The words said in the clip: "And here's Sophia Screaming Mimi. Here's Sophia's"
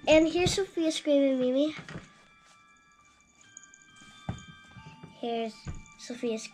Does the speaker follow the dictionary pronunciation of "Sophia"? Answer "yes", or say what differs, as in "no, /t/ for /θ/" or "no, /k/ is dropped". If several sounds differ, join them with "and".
yes